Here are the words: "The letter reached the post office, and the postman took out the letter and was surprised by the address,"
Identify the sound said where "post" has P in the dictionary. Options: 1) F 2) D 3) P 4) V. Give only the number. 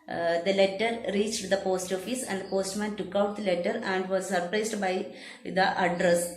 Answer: 3